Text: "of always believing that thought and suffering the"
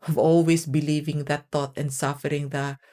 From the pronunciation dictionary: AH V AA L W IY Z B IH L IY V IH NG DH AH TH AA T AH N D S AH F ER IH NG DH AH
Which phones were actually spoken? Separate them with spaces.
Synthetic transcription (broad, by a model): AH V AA L W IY S B IH L IY V IH NG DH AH T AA T AH N D S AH F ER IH NG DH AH